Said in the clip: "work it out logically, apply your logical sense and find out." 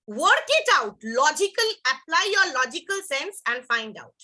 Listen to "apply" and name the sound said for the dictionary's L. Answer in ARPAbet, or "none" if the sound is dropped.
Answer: L